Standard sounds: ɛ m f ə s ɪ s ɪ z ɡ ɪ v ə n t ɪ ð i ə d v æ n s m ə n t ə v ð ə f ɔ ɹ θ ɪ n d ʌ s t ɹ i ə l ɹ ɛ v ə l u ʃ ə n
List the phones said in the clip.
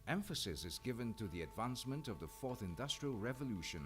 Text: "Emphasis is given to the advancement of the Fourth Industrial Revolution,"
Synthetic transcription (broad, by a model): ɛ m f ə s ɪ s ɪ z ɡ ɪ v ə n t ɪ ð i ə d v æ n s m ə n t ə v ð ə f ɔ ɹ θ ɪ n d ʌ s t ɹ i ə l ɹ ɛ v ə l u ʃ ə n